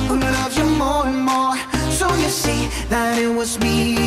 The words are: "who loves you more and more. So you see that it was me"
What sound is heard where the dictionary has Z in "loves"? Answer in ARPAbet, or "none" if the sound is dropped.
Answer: none